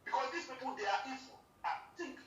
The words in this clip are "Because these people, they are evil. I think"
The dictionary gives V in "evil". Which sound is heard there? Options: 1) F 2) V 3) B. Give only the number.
1